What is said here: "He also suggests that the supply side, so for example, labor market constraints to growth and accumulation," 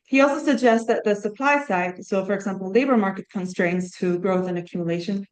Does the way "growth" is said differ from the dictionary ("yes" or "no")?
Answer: no